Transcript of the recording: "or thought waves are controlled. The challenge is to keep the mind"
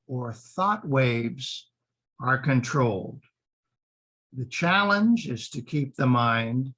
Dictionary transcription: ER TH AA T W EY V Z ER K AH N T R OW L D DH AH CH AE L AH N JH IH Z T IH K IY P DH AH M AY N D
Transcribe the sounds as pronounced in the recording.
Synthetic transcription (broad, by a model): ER TH AA T W EY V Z ER K AH N T R OW L D DH AH CH AE L AH N JH IH Z T IH K IY P DH AH M AY N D